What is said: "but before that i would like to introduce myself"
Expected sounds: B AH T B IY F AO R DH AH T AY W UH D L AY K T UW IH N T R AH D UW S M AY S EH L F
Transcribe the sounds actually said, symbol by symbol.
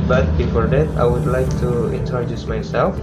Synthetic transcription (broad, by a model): B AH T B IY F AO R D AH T AY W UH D L AY K T UW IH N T AH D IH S M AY S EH L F